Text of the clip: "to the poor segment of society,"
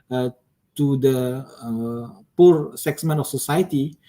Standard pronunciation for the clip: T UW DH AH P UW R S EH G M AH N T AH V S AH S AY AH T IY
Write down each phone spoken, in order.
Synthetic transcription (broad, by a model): T UW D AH P UW R S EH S M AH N AH F S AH S AY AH T IY